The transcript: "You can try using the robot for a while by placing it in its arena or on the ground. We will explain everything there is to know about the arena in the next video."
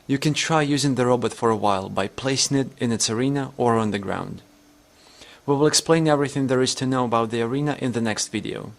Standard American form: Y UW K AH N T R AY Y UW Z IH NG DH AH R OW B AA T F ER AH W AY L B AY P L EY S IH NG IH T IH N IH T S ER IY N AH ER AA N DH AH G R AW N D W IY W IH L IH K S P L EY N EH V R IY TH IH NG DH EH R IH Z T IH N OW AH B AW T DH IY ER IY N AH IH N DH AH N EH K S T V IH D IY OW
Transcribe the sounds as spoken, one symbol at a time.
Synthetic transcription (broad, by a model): Y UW K AH N T R AY Y UW Z IH NG DH AH R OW B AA T F ER AH W AY L B AY P L EY S IH NG IH T IH N IH T S ER IY N AH ER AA N DH AH G R AW N D W IY W IH L IH K S P L EY N EH V R IY TH IH NG DH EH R IH Z T IH N OW AH B AW T DH IY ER IY N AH IH N DH AH N EH K S T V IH D IY OW